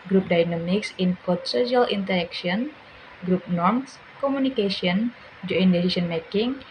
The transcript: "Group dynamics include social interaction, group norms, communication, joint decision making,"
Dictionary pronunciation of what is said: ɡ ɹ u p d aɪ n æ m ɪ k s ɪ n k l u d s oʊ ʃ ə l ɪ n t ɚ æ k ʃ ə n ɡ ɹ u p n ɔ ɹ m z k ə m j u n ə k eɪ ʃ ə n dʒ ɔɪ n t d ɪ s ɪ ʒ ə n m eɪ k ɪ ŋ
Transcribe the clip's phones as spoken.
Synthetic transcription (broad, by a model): ɡ ɹ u p d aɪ n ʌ m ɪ k s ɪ n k ɔ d s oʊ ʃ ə l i n t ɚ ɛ k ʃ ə n ɡ ɹ u p n ɔ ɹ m s k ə m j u n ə k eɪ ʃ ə n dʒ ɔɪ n d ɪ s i s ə n m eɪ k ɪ ŋ